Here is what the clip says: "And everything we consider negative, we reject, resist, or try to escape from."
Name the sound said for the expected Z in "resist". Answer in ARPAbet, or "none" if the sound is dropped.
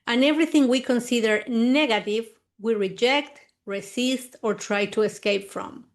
S